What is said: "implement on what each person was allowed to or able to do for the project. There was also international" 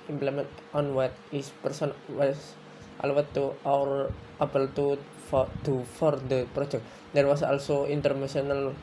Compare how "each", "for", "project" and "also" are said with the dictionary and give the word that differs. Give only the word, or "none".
each